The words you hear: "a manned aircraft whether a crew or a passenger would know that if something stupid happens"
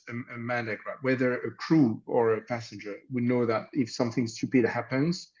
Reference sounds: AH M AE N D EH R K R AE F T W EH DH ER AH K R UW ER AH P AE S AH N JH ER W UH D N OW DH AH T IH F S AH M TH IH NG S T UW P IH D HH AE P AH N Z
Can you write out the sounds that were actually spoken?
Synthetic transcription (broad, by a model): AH M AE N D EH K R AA T W EH DH ER AH K R UW ER AH P AE S AH N JH ER W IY N OW DH AH T IH F S AH M TH IH NG S T UW P IH D HH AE P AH N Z